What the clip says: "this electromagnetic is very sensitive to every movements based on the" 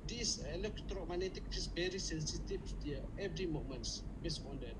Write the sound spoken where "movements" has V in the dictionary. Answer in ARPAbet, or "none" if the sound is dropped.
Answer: none